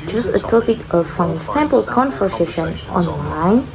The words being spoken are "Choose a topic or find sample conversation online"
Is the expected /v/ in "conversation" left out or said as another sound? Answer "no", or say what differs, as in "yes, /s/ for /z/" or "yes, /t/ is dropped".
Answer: yes, /f/ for /v/